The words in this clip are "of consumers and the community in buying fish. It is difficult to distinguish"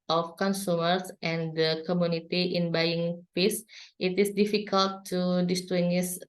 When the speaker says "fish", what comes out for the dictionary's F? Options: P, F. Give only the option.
P